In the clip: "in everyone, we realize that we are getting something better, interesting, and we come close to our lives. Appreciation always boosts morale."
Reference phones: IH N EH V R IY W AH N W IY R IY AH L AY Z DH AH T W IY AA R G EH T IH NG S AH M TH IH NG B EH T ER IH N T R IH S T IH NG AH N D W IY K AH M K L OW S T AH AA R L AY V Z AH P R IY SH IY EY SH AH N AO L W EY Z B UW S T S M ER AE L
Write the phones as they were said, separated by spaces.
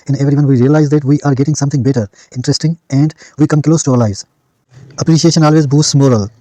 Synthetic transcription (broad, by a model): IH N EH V R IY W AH N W IY R IY AH L AY Z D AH T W IY AA R G EH T IH NG S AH M T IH NG B EH T ER IH N T R IH S T IH NG AH N D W IY K AH M K L OW S T AH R L AY Z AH P R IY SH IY EY SH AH N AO L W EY Z B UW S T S M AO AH L